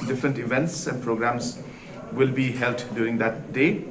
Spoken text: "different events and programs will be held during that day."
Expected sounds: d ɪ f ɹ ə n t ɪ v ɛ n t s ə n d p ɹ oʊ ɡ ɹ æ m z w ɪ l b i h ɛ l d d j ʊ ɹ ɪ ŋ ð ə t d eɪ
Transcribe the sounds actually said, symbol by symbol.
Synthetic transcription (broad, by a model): d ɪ f ɹ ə n t ɪ v ɛ n t s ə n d p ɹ oʊ ɡ ɹ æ m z w ɪ l b i h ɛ l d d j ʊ ɹ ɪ ŋ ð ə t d eɪ